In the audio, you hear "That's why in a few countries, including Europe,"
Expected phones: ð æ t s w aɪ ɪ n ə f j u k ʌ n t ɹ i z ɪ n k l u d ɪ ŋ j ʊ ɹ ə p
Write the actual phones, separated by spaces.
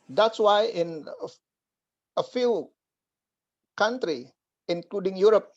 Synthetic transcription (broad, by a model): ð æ t s w aɪ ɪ n ə f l k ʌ n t ɹ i ɪ n k l u d ɪ ŋ j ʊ ɹ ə p